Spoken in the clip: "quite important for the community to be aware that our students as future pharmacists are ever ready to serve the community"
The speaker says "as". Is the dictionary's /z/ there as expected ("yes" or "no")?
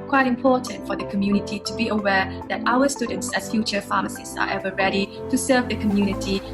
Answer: no